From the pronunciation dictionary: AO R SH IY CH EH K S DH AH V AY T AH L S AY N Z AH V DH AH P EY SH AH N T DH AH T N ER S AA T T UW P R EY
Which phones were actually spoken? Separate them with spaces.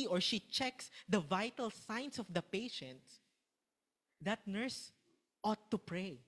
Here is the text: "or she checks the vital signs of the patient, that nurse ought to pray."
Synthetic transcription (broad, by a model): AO R SH IY CH EH K S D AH V AY T AH L S AY N S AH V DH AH P EY SH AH N T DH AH T N ER S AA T T UW P R EY